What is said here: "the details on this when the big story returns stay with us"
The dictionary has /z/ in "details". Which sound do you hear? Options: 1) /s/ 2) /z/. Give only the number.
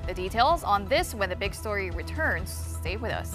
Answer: 2